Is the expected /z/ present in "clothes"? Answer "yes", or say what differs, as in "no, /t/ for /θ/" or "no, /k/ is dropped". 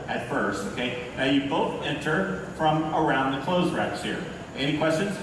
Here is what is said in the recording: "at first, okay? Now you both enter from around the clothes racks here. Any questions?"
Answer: yes